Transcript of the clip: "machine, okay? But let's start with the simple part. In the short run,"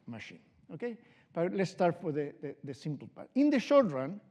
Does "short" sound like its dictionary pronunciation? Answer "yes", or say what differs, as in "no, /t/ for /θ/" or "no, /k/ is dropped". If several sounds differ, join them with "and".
yes